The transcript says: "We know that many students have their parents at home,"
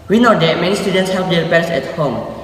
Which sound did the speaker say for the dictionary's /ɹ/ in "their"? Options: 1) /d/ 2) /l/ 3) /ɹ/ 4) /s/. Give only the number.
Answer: 2